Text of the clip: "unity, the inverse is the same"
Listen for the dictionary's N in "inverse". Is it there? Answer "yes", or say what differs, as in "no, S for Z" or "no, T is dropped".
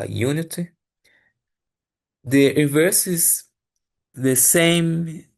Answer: no, N is dropped